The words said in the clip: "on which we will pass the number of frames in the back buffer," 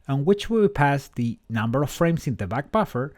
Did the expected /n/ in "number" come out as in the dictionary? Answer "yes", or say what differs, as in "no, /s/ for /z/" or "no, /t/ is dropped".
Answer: yes